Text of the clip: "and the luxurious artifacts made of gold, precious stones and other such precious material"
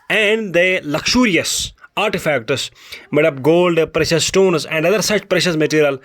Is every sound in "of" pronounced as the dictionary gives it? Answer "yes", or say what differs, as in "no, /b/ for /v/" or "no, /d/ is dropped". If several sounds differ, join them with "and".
no, /p/ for /v/